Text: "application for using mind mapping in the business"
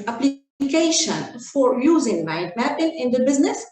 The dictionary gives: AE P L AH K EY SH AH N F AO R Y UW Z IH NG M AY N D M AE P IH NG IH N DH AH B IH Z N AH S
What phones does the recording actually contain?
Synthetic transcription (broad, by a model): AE P L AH K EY SH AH N F AO R Y UW Z IH NG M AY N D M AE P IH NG IH N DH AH B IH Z N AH S